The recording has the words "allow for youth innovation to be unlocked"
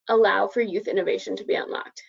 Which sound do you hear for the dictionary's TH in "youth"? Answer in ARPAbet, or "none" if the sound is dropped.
TH